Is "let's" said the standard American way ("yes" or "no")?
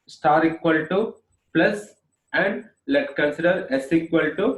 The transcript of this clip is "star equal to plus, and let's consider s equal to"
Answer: no